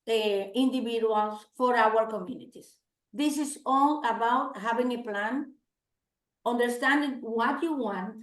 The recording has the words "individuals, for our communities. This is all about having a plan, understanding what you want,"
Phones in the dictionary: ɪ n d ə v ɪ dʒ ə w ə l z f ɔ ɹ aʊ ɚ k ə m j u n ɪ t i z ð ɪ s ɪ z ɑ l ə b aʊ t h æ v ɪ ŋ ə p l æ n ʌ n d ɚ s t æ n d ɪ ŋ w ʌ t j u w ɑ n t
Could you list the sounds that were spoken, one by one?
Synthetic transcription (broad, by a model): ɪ n d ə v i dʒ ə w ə l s f ɔ ɹ aʊ ɚ k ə m j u n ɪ t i s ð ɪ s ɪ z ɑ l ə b aʊ t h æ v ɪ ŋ ə p l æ n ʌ n d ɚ s t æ n d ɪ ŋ w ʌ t j u w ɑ n t